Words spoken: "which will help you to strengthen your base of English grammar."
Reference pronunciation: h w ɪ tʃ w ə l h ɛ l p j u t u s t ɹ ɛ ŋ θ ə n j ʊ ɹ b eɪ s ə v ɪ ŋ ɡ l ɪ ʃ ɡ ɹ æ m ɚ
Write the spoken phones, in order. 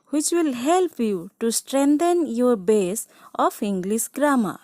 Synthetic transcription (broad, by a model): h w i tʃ w ə l h ɛ l p j u t u s t ɹ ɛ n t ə n j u ɹ b eɪ s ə p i ŋ ɡ l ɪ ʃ ɡ ɹ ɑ m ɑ